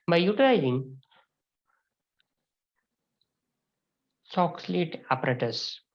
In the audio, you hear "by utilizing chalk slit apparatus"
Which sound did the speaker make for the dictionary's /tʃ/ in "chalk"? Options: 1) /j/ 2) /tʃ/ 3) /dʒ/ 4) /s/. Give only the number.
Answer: 4